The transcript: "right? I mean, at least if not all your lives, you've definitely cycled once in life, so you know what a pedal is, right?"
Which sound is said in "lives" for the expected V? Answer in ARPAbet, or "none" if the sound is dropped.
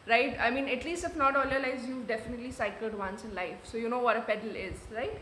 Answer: none